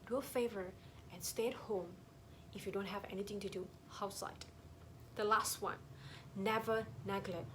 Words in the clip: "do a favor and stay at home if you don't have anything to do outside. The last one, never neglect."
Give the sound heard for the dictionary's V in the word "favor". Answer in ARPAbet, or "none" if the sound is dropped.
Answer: V